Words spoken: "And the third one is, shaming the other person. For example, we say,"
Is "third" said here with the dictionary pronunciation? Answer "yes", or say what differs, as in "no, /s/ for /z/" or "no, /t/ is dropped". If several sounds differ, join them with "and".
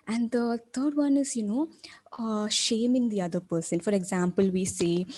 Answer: no, /t/ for /θ/